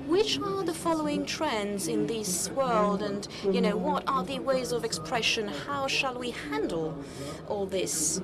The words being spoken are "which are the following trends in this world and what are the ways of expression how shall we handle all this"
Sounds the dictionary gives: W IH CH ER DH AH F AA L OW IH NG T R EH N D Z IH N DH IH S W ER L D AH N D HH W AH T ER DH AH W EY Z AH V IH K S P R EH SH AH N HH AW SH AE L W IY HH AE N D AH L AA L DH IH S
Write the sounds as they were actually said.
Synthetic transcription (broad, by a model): W IH CH ER DH AH F AA L OW IH NG T R EH N D Z IH N DH IH S W ER L D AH N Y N W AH T ER DH AH W EY Z AH V IH K S P R EH SH AH N HH AW SH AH L W IY HH AE N D L AA L DH IH S